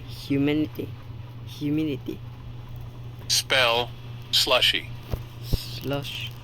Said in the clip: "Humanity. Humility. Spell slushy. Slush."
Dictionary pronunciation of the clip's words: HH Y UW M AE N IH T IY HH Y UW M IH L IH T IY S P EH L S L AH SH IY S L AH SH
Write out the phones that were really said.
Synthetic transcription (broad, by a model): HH Y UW M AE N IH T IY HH Y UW M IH N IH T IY S P EH L S L AH SH IY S L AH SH